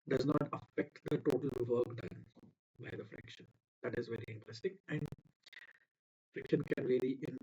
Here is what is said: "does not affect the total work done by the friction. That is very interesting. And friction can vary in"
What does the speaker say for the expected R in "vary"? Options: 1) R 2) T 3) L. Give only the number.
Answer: 3